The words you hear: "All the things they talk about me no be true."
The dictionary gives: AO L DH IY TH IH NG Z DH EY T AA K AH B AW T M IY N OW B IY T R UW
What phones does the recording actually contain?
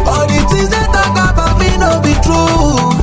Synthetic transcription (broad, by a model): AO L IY T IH Z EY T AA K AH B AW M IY N OW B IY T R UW